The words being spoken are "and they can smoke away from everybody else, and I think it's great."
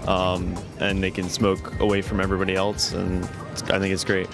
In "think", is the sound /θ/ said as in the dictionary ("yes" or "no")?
yes